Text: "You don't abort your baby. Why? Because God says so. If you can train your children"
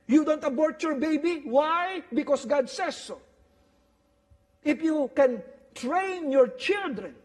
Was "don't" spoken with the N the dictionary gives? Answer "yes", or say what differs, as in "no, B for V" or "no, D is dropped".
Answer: yes